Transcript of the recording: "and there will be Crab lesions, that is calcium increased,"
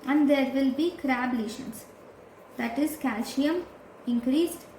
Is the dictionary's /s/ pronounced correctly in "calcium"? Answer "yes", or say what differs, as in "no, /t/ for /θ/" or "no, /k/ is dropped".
no, /ʃ/ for /s/